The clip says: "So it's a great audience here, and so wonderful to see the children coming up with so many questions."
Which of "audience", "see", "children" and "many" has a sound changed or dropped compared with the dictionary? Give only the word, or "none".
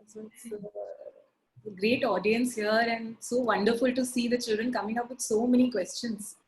none